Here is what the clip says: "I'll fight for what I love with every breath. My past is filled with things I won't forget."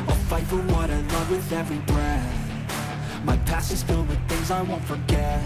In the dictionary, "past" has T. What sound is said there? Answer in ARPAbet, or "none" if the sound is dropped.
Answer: none